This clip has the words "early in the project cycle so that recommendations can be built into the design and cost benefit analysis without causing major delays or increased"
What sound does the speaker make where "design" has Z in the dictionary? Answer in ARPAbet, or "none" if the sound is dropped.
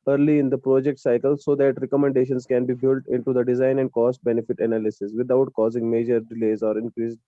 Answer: Z